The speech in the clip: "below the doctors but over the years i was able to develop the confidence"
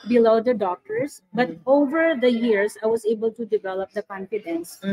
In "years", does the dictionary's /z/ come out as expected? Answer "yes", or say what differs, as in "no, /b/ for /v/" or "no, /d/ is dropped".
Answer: no, /s/ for /z/